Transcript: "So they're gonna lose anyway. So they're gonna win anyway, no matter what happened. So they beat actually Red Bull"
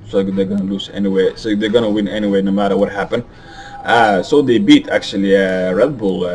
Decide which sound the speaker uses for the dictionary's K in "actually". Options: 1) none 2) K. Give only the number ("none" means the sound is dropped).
2